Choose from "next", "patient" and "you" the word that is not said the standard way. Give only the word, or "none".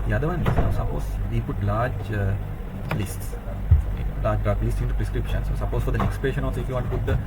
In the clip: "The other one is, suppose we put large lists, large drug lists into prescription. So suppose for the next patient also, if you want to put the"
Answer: patient